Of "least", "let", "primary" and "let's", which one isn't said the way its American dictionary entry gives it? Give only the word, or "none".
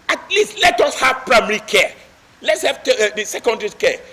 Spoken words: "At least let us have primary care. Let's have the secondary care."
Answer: none